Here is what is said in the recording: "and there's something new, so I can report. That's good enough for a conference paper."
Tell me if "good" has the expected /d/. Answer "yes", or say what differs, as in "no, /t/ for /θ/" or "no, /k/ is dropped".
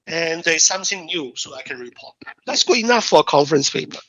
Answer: no, /d/ is dropped